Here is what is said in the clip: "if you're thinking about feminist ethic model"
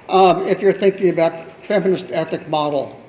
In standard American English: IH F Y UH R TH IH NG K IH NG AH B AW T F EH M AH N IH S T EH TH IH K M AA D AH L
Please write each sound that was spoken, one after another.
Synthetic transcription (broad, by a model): IH F Y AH R TH IH NG K IH NG AH B AW T F EH M AH N IH S T EH TH IH K M AA D L